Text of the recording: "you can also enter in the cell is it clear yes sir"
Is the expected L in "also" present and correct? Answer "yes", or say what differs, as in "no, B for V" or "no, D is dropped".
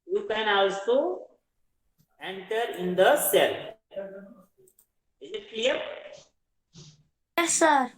no, W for L